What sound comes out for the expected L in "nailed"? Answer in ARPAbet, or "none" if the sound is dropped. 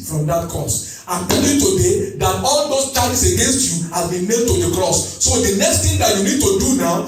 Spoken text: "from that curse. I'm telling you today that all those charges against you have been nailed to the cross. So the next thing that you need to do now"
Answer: none